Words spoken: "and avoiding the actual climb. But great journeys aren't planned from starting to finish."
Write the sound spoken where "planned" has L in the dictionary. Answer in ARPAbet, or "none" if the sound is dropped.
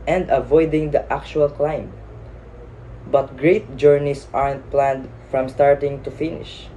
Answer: L